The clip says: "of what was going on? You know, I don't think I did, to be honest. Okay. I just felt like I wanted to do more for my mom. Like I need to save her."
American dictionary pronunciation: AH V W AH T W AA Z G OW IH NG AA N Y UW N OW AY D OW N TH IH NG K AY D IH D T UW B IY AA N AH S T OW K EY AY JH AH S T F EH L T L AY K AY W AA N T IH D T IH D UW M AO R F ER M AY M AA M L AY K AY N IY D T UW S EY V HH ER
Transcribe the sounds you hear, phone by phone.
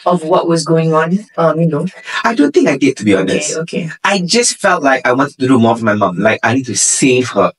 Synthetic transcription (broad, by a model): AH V W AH T W AA Z G OW IH NG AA N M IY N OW AY D OW N TH IH NG K AY D IH D T UW B IY AA N AH S T OW K EY AY JH AH S T F EH L T L AY K AY W AA N T IH D T IH D UW M AO R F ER M AY M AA M L AY K AY N IY D T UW S EY V HH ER